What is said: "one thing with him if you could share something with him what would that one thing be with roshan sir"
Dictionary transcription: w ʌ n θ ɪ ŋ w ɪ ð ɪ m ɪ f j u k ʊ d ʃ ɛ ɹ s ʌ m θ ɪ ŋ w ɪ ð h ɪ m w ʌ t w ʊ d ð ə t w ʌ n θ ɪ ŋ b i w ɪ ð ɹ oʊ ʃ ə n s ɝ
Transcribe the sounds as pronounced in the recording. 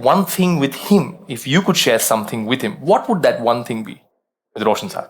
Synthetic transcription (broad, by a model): w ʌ n θ ɪ ŋ w ɪ ð ɪ m ɪ f j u k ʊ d ʃ ɛ ɹ s ʌ m θ ɪ ŋ w ɪ ð h ɪ m w ʌ t w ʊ d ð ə t w ʌ n θ ɪ ŋ b i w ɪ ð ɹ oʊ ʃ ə n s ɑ